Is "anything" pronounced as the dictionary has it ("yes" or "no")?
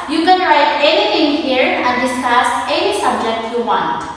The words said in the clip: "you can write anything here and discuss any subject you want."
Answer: no